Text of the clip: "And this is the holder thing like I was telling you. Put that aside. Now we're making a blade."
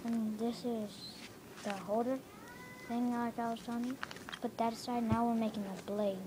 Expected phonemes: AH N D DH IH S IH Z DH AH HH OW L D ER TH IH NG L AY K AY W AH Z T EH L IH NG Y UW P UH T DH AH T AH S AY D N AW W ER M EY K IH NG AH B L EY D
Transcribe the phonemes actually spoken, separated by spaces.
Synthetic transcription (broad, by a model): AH N DH IH S IH Z DH AH HH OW D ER TH IH NG L AY K AY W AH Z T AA N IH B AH T DH AH T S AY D N AW W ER M EY K IH NG AH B L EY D